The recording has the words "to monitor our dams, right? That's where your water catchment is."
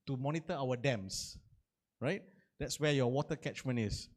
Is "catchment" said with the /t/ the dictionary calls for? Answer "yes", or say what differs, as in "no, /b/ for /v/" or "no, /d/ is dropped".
no, /t/ is dropped